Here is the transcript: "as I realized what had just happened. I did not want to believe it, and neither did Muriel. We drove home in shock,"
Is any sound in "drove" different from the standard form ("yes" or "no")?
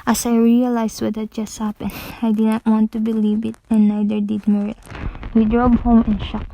yes